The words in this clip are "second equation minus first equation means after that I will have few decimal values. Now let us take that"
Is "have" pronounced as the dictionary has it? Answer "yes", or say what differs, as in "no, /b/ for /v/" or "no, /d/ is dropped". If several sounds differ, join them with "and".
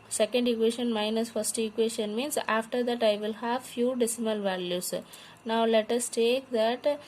yes